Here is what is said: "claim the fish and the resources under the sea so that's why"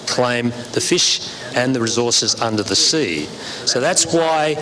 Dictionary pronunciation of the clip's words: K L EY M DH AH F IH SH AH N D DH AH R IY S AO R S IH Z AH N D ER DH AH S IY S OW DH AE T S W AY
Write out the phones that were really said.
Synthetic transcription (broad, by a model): K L EY M DH AH F IH SH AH N DH AH R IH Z AO R S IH Z AH N D ER DH AH S IY S OW DH AE T S W AY